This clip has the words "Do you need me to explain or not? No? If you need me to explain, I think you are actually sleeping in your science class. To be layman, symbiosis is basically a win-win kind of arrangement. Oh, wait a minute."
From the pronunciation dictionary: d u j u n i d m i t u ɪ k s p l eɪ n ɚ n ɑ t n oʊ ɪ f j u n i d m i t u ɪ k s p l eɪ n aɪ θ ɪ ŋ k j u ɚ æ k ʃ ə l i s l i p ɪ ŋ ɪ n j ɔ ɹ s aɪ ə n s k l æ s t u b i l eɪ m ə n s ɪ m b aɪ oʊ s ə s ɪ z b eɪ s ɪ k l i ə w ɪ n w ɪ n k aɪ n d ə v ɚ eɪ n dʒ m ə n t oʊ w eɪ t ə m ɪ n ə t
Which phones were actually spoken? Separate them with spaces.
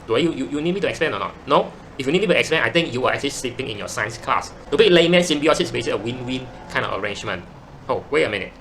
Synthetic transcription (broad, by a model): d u j u n i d m i t u ɪ k s p l eɪ n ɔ n ɑ t n oʊ ɪ f j u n i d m i t u ɪ k s p l eɪ n aɪ t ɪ ŋ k j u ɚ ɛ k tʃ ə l i s l i p ɪ ŋ ɪ n j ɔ s aɪ ə n s k l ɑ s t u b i l eɪ m ə n s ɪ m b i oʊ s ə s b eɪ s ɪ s ə w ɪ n w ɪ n k aɪ n d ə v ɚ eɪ n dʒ m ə n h oʊ w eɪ ə m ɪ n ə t